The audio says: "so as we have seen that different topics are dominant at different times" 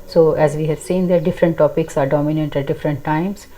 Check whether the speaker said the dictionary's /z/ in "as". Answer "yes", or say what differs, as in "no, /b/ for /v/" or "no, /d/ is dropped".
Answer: yes